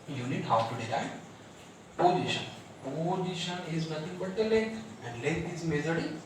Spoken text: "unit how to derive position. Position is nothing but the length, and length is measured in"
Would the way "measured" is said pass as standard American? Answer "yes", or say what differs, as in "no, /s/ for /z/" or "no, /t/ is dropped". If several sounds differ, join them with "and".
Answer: no, /z/ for /ʒ/